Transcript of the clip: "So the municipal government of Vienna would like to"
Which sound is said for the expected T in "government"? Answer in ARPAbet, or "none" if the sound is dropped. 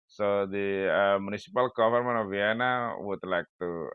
none